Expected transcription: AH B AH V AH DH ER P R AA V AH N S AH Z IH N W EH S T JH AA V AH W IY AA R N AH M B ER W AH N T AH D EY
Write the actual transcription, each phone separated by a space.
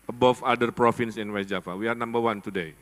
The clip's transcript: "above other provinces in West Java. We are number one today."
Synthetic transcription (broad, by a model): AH B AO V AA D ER P R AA F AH N S IH N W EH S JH AA F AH W IY AA R N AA M B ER W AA N T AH D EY